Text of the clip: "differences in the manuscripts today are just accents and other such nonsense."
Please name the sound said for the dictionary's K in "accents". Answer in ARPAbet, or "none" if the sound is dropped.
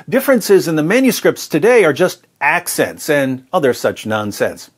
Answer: K